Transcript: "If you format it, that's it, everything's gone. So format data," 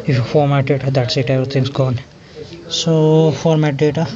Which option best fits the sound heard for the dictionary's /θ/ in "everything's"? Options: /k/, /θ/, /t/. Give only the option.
/t/